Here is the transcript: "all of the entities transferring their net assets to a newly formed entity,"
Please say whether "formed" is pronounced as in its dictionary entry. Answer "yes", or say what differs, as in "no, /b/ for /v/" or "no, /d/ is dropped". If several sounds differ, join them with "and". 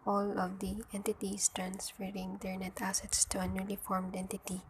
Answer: yes